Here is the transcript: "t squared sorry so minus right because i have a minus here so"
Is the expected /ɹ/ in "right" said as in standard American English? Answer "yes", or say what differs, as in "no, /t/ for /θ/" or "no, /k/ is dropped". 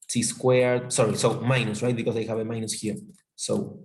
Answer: yes